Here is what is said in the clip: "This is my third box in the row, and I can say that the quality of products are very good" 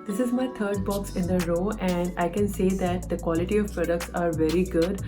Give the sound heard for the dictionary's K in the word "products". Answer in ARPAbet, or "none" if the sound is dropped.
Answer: K